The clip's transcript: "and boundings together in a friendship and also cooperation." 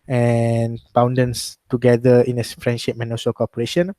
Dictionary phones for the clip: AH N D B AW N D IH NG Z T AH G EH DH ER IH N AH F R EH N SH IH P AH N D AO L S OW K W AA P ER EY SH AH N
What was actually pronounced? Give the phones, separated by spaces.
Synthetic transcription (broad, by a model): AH N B AW N D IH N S T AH G EH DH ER IH N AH F R EH N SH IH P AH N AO S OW K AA P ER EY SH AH N